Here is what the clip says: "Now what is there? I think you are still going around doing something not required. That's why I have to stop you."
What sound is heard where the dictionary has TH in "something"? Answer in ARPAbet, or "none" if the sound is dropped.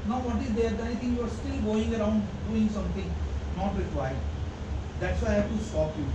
T